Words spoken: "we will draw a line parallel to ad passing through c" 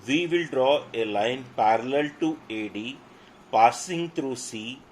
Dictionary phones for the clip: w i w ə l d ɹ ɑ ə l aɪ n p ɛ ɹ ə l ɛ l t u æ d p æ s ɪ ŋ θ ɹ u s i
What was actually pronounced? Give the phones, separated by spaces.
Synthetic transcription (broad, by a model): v i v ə l d ɹ ɑ ə l aɪ n p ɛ ɹ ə l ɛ l t u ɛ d p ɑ s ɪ ŋ t ɹ u s i